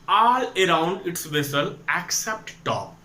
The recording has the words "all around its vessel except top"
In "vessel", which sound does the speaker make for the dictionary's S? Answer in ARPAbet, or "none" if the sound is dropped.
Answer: S